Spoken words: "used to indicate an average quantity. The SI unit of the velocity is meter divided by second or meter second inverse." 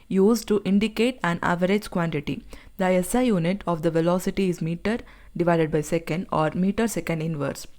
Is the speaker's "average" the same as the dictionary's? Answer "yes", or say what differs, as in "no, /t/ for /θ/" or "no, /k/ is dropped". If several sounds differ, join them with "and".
yes